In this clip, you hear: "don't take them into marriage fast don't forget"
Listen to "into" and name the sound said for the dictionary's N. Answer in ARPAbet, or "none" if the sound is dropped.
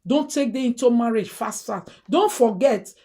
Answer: N